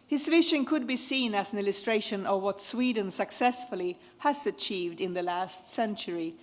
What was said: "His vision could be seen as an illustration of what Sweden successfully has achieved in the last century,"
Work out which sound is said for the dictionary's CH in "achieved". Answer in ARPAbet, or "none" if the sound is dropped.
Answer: CH